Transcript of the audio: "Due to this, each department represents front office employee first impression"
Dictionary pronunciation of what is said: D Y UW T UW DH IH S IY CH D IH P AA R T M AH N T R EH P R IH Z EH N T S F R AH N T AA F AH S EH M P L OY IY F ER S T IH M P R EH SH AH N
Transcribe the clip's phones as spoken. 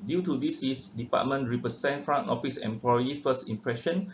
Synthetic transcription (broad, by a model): D Y UW T UW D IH S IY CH D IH P AA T M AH N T R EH P R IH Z EH N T F R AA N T AA F AH S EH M P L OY IY F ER S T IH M P R EH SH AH N